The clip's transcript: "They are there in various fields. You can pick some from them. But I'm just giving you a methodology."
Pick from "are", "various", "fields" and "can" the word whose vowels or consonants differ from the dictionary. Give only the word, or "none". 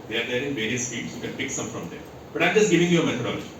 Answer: fields